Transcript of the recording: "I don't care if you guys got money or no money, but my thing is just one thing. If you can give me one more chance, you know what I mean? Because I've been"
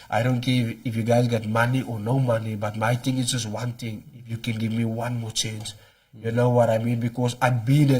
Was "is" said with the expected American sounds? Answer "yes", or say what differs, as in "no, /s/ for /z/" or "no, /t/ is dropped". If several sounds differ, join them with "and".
no, /s/ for /z/